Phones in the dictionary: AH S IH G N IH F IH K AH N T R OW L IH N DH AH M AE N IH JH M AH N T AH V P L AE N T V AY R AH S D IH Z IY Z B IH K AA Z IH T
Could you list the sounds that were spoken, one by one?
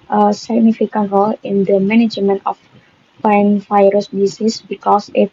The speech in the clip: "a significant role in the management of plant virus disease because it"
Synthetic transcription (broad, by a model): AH S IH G N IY F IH K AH N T R OW L IH N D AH M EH N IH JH M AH N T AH F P AA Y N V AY R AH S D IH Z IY S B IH K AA S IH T